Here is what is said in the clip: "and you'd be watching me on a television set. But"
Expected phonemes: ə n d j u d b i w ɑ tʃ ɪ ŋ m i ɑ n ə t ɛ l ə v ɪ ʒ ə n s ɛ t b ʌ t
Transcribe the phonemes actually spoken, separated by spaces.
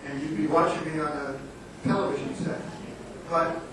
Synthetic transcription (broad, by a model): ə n j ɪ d b i w ɑ tʃ ɪ ŋ m i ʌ n ə t ɛ l ə v ɪ ʒ ə n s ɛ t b ʌ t